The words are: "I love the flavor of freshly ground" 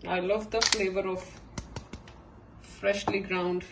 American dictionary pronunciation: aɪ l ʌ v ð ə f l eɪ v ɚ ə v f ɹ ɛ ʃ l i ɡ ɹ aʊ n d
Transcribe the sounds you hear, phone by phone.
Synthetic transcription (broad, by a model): aɪ l ʌ v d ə f l eɪ v ɚ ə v f ɹ ɛ ʃ l i ɡ ɹ aʊ n d